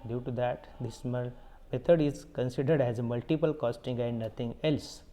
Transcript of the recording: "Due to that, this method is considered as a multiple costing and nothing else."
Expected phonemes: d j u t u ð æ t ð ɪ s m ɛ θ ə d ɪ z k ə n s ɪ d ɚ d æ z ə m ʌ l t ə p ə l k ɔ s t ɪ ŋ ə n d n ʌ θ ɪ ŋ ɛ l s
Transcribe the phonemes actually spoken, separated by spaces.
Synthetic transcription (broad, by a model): d j u t u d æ t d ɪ s m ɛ t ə d ɪ z k ə n s ɪ d ɚ d æ z m ʌ l t ə p ə l k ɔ s t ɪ ŋ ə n d n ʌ t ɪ ŋ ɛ l s